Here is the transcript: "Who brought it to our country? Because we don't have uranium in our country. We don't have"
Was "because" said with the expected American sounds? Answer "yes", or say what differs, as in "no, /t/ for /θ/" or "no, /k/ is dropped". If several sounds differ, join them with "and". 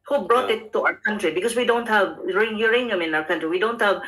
no, /s/ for /z/